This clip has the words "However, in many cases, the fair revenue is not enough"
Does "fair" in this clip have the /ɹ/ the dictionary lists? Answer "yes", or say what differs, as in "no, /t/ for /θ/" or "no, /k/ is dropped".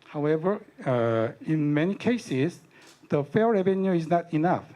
no, /l/ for /ɹ/